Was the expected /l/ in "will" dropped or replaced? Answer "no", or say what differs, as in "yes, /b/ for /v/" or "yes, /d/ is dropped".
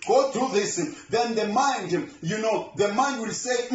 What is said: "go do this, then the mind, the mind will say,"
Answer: no